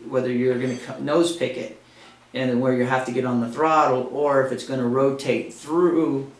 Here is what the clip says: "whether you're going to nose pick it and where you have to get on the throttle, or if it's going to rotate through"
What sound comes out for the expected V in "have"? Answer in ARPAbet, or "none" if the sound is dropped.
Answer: F